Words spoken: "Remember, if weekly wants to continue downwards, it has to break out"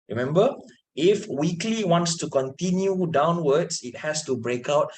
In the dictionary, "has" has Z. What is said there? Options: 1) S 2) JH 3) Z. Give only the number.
1